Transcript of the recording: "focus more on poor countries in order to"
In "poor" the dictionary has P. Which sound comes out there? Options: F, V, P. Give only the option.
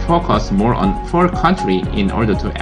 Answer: F